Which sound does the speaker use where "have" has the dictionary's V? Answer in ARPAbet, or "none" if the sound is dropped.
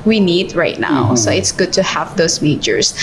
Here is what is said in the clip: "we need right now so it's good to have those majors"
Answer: V